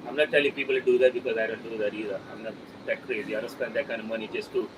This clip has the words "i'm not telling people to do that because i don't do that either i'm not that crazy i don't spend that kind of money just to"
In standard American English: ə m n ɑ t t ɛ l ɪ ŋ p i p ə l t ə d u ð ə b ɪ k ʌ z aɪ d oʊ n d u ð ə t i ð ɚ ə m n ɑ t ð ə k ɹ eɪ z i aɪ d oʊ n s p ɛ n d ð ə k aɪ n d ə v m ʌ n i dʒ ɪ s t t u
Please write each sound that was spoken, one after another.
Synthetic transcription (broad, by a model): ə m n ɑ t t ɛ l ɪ p i p ə l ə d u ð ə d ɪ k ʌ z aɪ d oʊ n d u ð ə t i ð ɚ ə m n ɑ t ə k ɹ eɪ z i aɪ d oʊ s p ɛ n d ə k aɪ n ə m ʌ n i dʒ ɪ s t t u